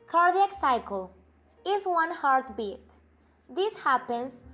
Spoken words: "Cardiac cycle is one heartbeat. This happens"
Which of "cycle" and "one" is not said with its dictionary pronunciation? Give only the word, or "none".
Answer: none